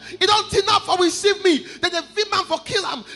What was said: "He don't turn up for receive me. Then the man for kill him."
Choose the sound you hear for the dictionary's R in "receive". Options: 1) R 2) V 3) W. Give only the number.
3